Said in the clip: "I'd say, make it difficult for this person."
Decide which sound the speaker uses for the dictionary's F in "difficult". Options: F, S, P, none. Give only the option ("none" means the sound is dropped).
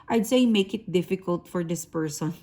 F